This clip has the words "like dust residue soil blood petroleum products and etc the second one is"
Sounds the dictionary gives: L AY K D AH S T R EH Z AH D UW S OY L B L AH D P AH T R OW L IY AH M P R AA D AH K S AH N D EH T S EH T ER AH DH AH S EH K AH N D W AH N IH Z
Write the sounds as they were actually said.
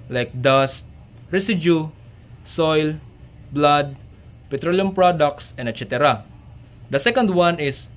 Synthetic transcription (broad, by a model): L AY K D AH S T R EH S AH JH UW S OY L B L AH D P AH T R OW L IY AH M P R AA D AH K S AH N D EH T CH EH T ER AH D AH S EH K AH N D W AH N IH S